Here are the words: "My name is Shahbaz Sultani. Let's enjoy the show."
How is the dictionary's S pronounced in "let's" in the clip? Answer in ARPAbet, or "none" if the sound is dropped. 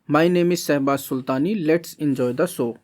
S